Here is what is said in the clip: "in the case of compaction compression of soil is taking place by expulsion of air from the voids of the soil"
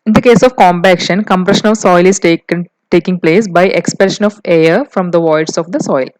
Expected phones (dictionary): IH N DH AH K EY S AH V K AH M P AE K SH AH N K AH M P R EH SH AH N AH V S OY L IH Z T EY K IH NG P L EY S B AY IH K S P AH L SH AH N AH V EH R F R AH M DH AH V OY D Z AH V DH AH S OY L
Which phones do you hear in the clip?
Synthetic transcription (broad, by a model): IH N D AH K EY S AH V K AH M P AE K SH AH N K AH M P R EH SH AH N AH V S OY L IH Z T EY K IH NG P L EY S B AY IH K S P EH SH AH N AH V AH R F R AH M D AH V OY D S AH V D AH S OY L